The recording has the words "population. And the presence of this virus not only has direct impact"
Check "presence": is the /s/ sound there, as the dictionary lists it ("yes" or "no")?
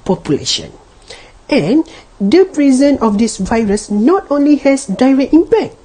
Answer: no